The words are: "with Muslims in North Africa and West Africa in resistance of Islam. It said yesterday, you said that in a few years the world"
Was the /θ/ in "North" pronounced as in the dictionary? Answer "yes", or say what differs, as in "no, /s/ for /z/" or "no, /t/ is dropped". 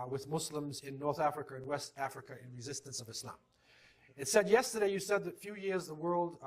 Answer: yes